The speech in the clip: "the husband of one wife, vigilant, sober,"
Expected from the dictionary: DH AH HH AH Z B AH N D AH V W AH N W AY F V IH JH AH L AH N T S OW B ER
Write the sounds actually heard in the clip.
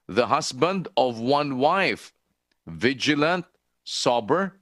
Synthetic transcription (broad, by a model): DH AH HH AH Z B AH N D AH V W AH N W AY F V IH JH AH L AH N T S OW B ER